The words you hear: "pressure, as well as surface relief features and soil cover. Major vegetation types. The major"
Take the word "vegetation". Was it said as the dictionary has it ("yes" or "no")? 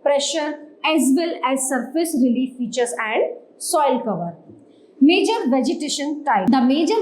yes